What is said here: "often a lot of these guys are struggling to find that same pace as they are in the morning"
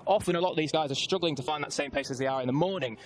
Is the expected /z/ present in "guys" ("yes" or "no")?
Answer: yes